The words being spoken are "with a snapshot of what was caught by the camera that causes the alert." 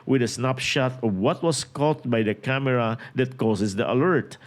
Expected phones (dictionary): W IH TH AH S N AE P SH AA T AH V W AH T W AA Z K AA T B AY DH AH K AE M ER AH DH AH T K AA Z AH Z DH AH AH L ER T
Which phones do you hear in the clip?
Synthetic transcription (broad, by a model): W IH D AH S N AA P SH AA T AH V W AH T W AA S K AA T B AY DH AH K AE M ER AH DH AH T K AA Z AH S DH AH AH L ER T